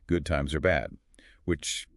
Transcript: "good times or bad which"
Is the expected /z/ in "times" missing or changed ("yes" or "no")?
no